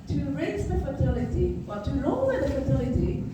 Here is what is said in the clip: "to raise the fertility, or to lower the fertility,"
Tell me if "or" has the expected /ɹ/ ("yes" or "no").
no